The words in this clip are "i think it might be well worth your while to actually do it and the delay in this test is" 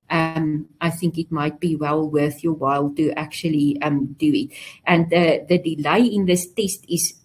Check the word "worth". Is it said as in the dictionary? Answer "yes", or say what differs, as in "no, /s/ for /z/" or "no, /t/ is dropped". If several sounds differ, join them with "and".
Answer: yes